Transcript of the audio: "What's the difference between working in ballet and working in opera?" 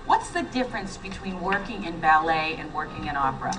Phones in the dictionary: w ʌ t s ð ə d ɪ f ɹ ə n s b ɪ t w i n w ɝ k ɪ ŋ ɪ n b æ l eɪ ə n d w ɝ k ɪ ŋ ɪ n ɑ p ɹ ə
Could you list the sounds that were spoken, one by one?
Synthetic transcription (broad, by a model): w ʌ t s ð ə d ɪ f ɹ ə n s b ɪ t w i n w ɝ k ɪ ŋ ɪ n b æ l eɪ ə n w ɝ k ɪ ŋ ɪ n ɑ p ɹ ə